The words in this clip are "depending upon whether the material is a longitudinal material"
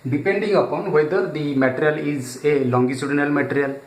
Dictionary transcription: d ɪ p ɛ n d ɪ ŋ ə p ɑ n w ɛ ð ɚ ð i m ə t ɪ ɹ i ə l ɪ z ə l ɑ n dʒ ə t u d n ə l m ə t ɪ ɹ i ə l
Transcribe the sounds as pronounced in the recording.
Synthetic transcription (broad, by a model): d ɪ p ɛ n d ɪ ŋ ə p ɑ n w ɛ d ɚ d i m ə t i ɹ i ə l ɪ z ə l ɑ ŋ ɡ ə s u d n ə l m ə t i ɹ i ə l